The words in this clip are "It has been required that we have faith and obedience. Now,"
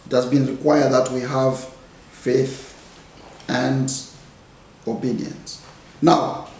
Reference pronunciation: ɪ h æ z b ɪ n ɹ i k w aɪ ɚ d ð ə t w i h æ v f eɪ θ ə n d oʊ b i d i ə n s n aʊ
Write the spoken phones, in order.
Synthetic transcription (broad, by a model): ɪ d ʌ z b ɪ n ɹ i k w aɪ ɚ d ð ə t w i h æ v f eɪ θ ə n d oʊ b i d i ə n s n aʊ